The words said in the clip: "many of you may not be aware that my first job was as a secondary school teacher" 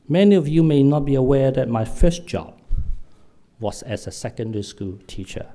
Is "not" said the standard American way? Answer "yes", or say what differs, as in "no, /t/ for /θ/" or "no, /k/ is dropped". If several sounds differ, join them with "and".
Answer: yes